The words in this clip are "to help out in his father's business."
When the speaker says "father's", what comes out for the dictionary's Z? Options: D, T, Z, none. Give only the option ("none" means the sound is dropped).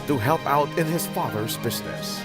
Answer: Z